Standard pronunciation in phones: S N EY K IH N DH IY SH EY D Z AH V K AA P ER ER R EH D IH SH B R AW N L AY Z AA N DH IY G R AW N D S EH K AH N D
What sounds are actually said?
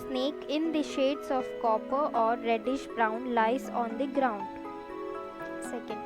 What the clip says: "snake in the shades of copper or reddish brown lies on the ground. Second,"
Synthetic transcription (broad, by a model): S N EY K IH N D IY SH EY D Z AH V K AA P ER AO R EH D IH SH B R AW N L AY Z AA N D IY G R AW N D S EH K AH N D